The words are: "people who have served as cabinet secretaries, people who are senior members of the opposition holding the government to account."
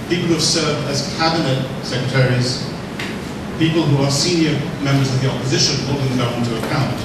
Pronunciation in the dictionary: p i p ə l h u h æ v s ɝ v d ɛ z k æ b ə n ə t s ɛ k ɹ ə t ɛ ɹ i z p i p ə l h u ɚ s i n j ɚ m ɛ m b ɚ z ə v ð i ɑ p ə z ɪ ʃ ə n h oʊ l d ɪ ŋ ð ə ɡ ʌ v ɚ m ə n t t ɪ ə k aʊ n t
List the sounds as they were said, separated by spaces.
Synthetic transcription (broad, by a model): p i p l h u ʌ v s ɝ v d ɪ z k æ b ə n ə t s ɛ k ɹ ə t ɛ ɹ i z p i p ə l h u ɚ s i n j ɚ m ɛ m b ɚ z ə v ð i ɑ p ə z ɪ ʃ ə n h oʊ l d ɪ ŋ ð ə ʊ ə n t t ɪ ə k aʊ n t